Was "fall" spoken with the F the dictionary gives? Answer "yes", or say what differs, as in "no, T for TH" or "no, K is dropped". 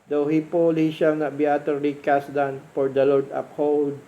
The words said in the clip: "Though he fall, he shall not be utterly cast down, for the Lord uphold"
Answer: no, P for F